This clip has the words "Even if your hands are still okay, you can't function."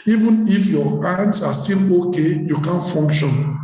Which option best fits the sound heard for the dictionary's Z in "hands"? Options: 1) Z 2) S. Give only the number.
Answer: 2